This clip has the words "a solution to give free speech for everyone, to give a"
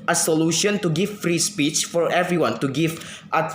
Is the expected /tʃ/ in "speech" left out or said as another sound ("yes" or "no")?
no